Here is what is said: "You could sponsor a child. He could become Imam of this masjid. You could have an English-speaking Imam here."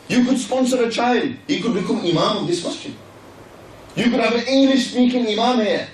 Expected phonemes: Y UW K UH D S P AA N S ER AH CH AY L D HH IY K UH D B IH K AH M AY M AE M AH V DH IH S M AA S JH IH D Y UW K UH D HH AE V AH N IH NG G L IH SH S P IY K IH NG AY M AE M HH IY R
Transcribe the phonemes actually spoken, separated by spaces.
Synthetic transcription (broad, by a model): Y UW K UH D S P AA N S ER AH CH AY L D HH IY K UH D B IH K AH M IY M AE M AH V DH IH S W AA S CH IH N Y UW K UH D HH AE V AH N IH NG G L IH SH S P IY K IH NG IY M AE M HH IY